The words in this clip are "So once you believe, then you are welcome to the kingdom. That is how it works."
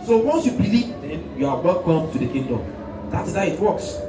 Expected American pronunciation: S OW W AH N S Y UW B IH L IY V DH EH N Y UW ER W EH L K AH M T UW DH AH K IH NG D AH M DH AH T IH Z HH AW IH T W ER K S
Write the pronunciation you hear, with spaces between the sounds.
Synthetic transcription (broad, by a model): S OW W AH N S Y UW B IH L IY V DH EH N Y UW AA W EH K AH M T UW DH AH K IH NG D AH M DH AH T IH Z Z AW IH T W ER K S